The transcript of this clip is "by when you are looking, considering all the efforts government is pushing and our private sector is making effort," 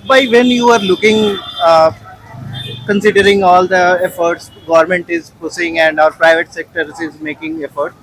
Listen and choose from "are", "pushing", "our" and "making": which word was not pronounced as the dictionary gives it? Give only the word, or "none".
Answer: pushing